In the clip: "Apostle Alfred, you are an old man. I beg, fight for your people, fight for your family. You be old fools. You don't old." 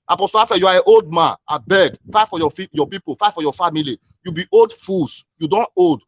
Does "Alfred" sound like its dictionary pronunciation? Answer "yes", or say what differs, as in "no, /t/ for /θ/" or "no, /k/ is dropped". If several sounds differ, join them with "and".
no, /l/ is dropped and /ɹ/ is dropped